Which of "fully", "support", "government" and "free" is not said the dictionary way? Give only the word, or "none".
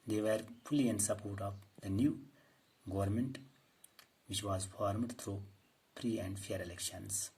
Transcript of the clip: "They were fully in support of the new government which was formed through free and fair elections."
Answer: free